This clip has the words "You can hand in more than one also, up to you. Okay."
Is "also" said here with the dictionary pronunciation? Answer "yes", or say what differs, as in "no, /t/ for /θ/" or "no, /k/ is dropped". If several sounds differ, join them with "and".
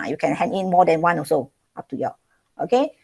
no, /l/ is dropped